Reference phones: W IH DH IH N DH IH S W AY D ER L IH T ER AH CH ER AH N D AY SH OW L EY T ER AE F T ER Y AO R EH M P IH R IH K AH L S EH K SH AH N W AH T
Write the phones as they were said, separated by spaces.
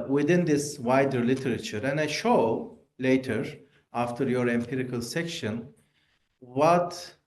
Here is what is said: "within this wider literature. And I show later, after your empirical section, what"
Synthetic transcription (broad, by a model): W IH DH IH N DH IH S W AY D ER L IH T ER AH CH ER AH N D AY SH OW L EY T ER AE F T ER Y AO R EH M P IH R IH K AH L S EH K SH AH N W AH T